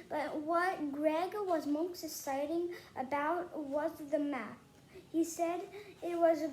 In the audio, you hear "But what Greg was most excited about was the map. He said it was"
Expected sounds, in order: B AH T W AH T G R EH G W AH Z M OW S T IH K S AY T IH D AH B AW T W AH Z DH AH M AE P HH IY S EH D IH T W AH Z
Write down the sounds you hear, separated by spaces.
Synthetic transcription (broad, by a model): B AH T W AH T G R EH G W AH Z M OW S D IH S AY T IH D AH B AW T W AH Z DH AH M AE P HH IY S EH D IH T W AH Z